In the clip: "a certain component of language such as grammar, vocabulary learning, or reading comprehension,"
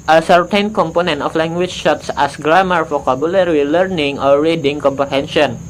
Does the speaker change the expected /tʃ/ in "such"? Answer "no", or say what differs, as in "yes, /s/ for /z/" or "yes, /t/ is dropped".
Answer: yes, /s/ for /tʃ/